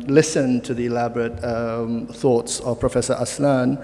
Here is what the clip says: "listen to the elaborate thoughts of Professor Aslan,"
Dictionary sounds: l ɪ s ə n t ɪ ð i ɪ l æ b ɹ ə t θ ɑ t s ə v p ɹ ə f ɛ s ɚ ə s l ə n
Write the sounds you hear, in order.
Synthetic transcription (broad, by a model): l ɪ s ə n t ɪ ð i ɪ l æ b ɹ ə t θ ɑ t s ə v p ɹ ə f ɛ s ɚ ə s l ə n